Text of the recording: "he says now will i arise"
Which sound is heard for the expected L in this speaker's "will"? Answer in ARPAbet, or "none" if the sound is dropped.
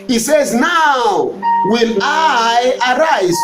N